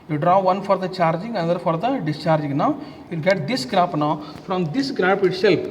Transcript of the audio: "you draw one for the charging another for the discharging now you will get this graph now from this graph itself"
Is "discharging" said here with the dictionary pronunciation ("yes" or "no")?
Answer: yes